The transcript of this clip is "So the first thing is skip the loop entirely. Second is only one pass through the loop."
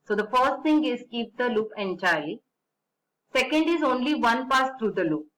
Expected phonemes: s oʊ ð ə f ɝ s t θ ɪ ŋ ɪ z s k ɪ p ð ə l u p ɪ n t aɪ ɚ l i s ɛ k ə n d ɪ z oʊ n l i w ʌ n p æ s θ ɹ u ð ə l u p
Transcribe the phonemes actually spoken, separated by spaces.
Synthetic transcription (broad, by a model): s oʊ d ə f ɝ s t t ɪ ŋ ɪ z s k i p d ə l u p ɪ n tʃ aɪ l s ɛ k ə n d ɪ z oʊ n l i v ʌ n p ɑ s t ɹ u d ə l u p